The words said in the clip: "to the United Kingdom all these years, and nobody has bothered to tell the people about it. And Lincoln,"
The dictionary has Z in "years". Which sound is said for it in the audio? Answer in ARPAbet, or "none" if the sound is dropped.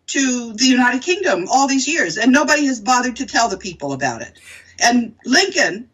Z